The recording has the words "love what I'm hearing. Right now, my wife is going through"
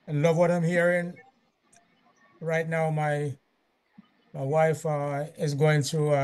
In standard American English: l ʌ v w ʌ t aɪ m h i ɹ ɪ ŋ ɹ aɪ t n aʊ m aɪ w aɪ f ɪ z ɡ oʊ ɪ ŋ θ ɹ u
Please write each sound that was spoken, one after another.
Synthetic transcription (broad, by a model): l ʌ v w ʌ t aɪ m h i ɹ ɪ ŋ ɹ aɪ t n aʊ m aɪ w aɪ f ɪ z ɡ oʊ ɪ ŋ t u